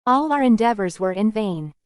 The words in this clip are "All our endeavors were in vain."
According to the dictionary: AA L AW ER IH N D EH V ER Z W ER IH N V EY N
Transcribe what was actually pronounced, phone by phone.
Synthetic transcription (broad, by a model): AA L AW ER IH N D EH V ER Z W ER IH N V EY N